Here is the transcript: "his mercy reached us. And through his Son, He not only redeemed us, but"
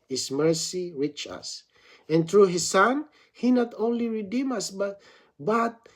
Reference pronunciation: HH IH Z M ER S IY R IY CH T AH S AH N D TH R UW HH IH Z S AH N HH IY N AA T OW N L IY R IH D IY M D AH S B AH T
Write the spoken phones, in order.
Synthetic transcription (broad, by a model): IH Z M ER S IY R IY CH AH S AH N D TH R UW HH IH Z S AH N HH IY N AA T OW N L IY R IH D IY M AH S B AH T